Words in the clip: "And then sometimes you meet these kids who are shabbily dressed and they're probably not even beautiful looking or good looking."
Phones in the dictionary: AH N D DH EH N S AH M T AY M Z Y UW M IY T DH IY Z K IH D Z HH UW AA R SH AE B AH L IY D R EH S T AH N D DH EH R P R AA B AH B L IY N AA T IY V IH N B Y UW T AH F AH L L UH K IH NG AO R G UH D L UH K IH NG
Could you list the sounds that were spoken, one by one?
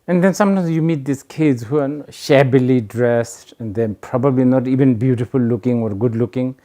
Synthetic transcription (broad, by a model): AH N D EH N S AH M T AY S Y UW M IY T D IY S K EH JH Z HH UW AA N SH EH B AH L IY D R EH S T AH N D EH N P R AA B AH B L IY N AA T IY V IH N B Y UW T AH P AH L L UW K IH NG AO R G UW D L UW K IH NG